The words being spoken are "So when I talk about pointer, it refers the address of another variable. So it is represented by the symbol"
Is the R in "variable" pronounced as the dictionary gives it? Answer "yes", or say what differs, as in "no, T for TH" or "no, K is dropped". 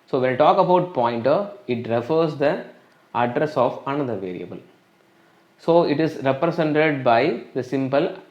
yes